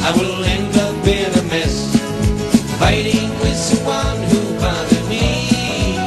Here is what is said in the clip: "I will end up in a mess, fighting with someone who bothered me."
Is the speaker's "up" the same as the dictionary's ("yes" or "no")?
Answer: no